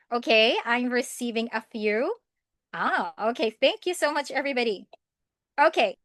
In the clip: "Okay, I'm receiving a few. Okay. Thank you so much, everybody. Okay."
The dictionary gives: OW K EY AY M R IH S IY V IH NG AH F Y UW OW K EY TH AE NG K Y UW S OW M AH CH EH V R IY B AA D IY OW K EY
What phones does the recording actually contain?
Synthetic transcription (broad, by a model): OW K EY AY M R IH S IY V IH NG AH F Y UW OW K EY TH AE NG K Y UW S OW M AH CH EH V R IY B AA D IY OW K EY